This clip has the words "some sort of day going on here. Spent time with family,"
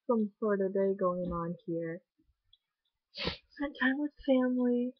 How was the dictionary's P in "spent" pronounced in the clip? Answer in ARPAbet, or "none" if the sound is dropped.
none